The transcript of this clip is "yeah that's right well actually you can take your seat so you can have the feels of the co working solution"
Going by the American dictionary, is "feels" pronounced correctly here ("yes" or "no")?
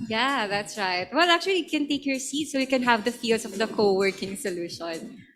no